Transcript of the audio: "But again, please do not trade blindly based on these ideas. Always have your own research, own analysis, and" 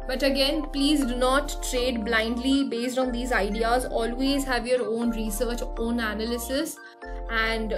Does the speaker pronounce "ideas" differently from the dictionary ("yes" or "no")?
no